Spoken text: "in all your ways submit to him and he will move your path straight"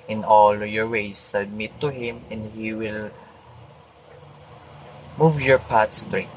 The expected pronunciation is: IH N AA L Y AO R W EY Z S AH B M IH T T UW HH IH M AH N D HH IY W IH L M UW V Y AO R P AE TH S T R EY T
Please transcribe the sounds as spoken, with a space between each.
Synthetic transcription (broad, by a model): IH N AA L Y AO R W EY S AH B M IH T T UW HH IH M AH N D HH IY W IH L M UW V Y AO R P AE T S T R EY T